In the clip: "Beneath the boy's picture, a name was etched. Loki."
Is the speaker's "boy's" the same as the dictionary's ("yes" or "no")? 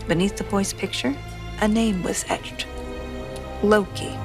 no